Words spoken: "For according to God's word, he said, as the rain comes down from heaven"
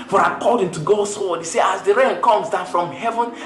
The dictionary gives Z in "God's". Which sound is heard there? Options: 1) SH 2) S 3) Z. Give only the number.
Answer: 2